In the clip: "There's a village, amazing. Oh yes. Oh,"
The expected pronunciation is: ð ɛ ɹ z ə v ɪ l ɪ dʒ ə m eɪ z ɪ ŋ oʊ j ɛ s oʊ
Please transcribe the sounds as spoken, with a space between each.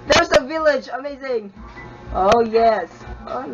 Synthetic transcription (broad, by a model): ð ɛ ɹ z ə v ɪ l ɪ dʒ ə m eɪ z ɪ ŋ oʊ j ɛ s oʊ